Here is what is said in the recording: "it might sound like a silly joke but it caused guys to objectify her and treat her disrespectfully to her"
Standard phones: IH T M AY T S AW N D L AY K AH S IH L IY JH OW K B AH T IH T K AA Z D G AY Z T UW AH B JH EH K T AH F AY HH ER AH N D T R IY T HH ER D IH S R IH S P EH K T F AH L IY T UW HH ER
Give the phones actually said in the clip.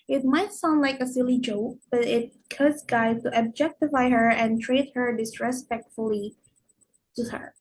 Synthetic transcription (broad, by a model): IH T M AY T S AW N D L AY K AH S IH L IY JH OW K B AH T IH T K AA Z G AY T UW AH B JH EH K T AH F AY HH ER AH N T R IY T HH ER D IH S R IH S P EH K T F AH L IY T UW HH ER